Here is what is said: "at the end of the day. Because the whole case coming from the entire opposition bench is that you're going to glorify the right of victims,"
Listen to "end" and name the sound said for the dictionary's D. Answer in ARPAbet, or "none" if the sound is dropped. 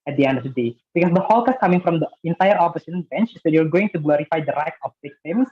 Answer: D